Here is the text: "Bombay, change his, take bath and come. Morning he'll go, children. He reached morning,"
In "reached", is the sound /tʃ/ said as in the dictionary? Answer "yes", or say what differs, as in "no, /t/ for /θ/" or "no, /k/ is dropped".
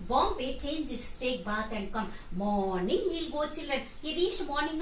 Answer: no, /s/ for /tʃ/